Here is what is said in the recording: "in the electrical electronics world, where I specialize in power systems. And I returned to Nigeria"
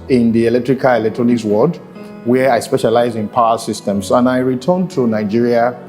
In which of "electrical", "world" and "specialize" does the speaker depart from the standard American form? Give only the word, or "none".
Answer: world